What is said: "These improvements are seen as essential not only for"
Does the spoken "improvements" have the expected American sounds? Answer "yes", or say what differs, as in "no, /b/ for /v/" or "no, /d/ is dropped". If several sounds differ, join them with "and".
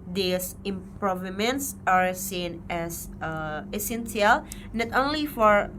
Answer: yes